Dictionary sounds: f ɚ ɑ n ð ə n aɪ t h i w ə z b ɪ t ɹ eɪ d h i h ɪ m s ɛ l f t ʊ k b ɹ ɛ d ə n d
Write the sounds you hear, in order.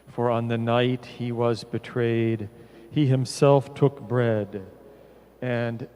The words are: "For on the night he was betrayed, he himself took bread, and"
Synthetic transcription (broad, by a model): f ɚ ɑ n ð ə n aɪ t h i w ə z b ɪ t ɹ eɪ d h i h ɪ m s ɛ l f t ʊ k b ɹ ɛ d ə n